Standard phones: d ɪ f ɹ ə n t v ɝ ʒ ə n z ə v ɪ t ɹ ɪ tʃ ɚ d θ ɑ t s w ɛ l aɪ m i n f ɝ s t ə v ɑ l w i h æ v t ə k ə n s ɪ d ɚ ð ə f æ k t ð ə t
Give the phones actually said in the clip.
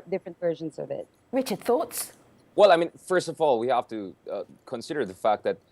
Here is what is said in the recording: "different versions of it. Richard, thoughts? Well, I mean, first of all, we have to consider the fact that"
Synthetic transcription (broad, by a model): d ɪ f ɹ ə n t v ɝ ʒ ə n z ə v ɪ t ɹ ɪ tʃ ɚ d θ ɑ t s w ɛ l aɪ m i n f ɝ s t ə v ɑ l w i h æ f t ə k ə n s ɪ d ɚ ð ə f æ k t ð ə t